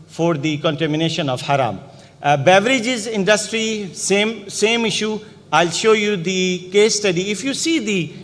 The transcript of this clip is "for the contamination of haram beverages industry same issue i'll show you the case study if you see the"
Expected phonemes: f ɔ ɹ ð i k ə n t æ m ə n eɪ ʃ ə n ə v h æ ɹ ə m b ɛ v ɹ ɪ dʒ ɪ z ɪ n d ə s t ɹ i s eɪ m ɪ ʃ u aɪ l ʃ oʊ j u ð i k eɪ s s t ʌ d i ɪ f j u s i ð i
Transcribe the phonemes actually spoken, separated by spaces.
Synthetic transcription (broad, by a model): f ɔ ɹ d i k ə n t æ m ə n eɪ ʃ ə n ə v h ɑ ɹ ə m b ɛ v ɹ ɪ dʒ ɪ z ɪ n d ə s t ɹ i s eɪ m ɪ ʃ u aɪ l ʃ oʊ j u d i k eɪ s s t ʌ d i ɪ f j u s i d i